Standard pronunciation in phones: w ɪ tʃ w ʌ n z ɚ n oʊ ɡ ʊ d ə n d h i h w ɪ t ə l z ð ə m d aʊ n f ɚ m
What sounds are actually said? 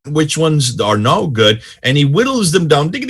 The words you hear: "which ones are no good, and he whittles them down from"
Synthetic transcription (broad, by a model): w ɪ tʃ w ʌ n z ɚ n oʊ ɡ ʊ d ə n i w ɪ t l z ð ə m d aʊ n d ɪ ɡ